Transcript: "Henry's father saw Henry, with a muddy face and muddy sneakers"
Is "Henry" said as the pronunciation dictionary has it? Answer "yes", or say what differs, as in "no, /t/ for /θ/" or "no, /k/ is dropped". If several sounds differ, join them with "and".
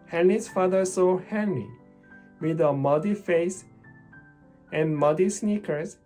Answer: no, /l/ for /ɹ/